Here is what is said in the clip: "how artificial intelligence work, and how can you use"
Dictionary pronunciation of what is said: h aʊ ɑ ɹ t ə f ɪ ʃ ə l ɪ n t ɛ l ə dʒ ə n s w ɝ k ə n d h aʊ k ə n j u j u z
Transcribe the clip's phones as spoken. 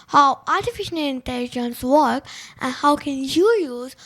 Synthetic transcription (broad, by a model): h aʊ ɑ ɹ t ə f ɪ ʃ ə n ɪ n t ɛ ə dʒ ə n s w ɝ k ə n h aʊ k ə n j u j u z